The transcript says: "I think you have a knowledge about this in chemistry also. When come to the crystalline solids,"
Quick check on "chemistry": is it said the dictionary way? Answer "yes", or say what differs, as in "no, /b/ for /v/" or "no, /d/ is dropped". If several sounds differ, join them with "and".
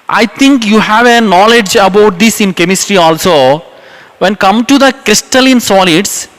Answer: yes